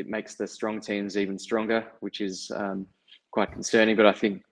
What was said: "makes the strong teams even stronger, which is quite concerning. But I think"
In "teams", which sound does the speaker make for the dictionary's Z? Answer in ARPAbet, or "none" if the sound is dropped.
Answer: Z